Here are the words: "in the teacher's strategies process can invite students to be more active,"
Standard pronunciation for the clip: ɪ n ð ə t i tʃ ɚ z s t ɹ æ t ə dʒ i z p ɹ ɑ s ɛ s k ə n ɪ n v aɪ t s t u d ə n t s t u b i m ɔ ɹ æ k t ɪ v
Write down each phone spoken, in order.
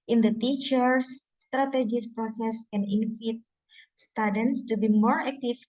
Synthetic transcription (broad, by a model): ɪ n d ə t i tʃ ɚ s t ɹ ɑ t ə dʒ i s p ɹ ɑ s ɛ s k ə n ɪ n f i t s t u d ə n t s t u b i m ɔ ɹ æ k t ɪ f